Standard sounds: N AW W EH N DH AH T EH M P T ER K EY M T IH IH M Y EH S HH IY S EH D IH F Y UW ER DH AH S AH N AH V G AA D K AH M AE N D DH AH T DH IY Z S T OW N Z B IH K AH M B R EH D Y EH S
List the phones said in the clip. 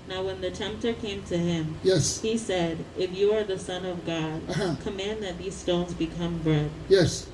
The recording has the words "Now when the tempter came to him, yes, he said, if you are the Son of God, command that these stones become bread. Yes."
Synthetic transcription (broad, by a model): N AW W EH N DH AH T EH M P T ER K EY M T IH IH M Y EH S HH IY S EH D IH F Y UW ER DH AH S AH N AH V G AA D K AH M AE N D DH AH T DH IY Z S T OW N Z B IH K AH M B R EH D Y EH S